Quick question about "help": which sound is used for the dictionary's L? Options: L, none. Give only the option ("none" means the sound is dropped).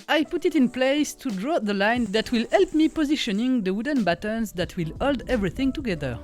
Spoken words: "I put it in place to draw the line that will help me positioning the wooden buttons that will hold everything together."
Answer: L